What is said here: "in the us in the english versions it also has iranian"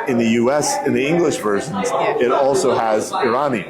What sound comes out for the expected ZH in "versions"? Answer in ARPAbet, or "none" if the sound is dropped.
ZH